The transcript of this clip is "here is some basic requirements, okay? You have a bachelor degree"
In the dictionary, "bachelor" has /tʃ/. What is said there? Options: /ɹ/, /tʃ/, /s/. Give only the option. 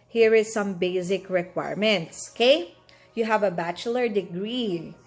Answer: /tʃ/